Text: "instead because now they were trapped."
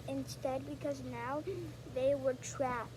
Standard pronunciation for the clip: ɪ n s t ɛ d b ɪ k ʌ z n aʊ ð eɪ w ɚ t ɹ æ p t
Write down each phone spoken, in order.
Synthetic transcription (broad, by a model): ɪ n s t ɛ d b ɪ k ʌ z n aʊ ð eɪ w ɚ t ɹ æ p